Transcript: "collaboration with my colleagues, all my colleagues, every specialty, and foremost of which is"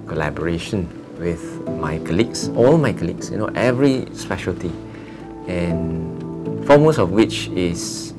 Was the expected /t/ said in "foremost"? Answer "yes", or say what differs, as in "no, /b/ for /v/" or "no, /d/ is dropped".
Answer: no, /t/ is dropped